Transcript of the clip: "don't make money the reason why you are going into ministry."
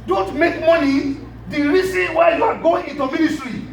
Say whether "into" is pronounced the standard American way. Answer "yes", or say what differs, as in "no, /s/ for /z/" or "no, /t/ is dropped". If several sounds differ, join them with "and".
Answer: yes